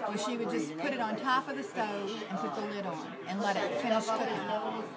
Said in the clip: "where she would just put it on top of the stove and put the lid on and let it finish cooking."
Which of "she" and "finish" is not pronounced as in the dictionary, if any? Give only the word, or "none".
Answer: none